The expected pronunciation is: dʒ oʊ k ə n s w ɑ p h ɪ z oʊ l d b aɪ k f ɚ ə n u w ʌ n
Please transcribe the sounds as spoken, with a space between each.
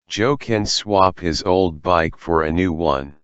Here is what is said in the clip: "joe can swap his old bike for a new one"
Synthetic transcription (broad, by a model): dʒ oʊ k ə n s w ɑ p h ɪ z oʊ l d b aɪ k f ɚ ə n u w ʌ n